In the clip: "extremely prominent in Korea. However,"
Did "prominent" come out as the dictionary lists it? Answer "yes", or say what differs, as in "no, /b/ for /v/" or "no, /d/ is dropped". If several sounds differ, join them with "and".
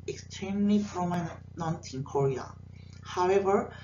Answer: no, /f/ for /p/